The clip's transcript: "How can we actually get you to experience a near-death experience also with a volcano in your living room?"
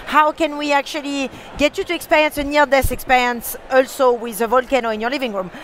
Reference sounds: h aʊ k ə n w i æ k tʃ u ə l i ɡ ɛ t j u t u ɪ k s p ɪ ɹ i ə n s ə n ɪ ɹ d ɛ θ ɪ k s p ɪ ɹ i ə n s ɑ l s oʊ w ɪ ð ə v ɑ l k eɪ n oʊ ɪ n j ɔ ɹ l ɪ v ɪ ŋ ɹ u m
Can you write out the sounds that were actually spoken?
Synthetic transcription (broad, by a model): h aʊ k ə n w i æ k tʃ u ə l i ɡ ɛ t j u t u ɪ k s p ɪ ɹ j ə n s ə n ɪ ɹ d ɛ s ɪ k s p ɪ ɹ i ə n s ɑ l s oʊ w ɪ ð ə v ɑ l k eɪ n oʊ ɪ n j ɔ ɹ l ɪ v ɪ ŋ ɹ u m